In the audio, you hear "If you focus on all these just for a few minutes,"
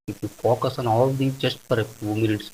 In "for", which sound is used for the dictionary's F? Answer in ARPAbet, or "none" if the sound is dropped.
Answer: P